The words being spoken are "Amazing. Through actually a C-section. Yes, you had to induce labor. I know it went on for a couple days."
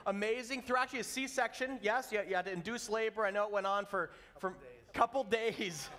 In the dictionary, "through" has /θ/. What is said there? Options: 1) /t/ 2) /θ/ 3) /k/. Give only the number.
2